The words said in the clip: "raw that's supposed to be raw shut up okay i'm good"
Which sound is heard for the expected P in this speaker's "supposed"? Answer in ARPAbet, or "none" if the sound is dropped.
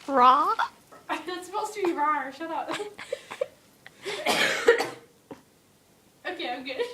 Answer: none